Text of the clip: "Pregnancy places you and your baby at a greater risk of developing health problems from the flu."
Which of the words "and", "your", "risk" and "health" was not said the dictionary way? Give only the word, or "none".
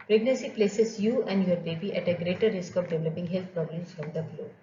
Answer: health